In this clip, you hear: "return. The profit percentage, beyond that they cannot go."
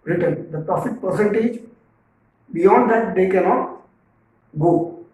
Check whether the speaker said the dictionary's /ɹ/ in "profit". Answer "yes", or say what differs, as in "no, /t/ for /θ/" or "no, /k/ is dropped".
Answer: no, /l/ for /ɹ/